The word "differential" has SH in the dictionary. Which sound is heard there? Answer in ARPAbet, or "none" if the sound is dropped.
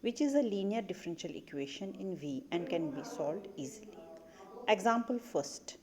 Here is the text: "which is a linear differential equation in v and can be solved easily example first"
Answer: SH